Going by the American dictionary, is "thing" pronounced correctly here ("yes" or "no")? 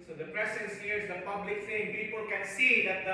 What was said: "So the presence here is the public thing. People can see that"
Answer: no